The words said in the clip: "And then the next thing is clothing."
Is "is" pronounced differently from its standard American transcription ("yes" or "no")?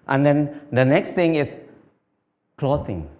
yes